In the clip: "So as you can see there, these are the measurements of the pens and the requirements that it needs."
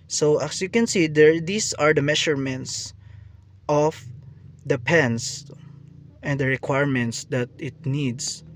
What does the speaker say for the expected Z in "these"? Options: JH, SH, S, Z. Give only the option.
S